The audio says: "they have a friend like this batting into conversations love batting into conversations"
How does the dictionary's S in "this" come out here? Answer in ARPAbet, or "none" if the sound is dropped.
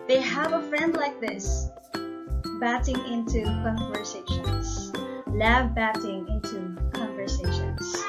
S